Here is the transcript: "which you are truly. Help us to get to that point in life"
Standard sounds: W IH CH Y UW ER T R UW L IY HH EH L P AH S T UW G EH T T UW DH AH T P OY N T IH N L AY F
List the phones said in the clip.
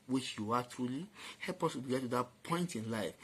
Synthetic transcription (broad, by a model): W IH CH Y UW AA T R UW L IY HH EH L P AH S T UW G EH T T UW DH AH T P OY N T IH N L AY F